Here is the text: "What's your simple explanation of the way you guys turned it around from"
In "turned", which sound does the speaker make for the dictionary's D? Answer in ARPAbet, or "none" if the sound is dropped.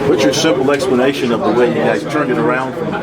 none